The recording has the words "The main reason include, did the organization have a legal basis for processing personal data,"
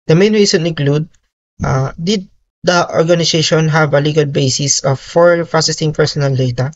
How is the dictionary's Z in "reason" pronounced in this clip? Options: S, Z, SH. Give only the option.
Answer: S